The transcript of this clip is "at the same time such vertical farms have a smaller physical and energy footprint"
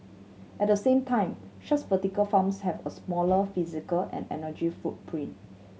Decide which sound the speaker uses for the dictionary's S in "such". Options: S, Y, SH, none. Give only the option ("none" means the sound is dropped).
SH